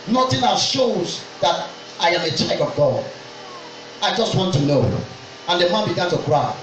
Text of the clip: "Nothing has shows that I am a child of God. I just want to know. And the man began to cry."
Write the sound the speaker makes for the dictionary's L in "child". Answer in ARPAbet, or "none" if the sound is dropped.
none